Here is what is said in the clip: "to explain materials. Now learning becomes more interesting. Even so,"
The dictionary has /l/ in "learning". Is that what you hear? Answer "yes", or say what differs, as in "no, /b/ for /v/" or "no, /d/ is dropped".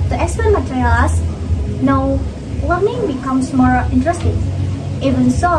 no, /w/ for /l/